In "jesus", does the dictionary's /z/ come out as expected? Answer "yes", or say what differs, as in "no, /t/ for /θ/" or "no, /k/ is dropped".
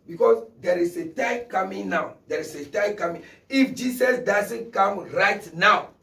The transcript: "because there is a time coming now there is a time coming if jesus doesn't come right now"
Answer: no, /s/ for /z/